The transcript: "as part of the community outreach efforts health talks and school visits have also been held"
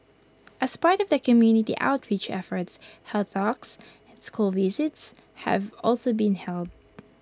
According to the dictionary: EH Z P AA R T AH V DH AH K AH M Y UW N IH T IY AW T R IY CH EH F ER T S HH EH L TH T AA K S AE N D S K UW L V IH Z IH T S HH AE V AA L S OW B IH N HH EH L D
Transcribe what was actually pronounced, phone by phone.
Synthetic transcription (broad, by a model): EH S P AA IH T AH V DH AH K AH M Y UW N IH T IY AW T R IY CH EH F ER T S HH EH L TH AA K S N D S K UW L V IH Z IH T S HH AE V AA L S OW B IH N HH EH L D